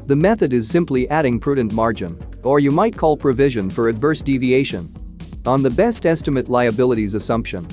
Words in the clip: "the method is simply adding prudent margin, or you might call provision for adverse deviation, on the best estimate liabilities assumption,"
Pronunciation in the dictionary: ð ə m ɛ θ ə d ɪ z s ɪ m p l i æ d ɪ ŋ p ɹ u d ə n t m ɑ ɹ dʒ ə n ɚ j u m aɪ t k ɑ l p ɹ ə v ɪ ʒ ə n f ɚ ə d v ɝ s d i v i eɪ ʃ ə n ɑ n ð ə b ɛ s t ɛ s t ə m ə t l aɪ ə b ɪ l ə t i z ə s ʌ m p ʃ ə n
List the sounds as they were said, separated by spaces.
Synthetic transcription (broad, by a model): ð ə m ɛ θ ə d ɪ z s ɪ m p l i æ d ɪ ŋ p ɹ u d n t m ɑ ɹ dʒ ə n ɚ j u m aɪ t k ɑ l p ɹ ə v ɪ ʒ ə n f ɚ ə d v ɝ s d i v i eɪ ʃ ə n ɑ n ð ə b ɛ s t ɛ s t ə m ə t l aɪ ə b ɪ l ə t i z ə s ʌ m p ʃ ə n